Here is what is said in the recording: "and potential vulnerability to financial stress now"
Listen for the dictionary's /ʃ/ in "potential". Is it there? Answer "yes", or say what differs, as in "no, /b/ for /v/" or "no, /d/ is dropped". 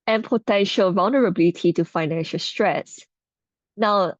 yes